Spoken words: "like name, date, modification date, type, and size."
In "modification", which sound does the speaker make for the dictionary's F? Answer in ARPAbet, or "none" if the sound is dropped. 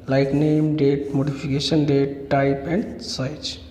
P